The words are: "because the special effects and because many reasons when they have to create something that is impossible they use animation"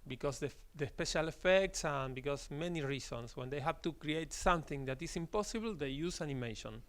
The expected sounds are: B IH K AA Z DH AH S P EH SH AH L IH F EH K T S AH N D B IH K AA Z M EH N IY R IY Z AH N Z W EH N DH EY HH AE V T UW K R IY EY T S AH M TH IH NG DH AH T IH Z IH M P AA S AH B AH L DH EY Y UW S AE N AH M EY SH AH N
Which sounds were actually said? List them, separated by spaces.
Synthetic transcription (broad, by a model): B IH K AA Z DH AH S P EH SH AH L IH F EH K T S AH N B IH K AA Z M EH N IY R IY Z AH N S W EH N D EY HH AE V T UW K R IY EY T S AH M TH IH NG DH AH T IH S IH M P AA S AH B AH L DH EY Y UW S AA N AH M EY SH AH N